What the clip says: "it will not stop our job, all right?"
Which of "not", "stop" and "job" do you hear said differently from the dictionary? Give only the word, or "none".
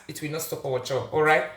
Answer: job